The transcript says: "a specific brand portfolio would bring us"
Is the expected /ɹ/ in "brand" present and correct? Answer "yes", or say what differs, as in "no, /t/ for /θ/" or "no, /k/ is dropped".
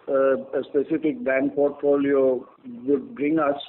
no, /ɹ/ is dropped